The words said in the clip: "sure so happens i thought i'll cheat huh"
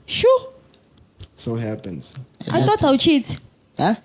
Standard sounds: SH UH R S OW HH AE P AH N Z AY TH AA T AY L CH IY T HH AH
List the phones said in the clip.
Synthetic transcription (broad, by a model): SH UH S OW HH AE P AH N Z AY T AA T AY W CH IY T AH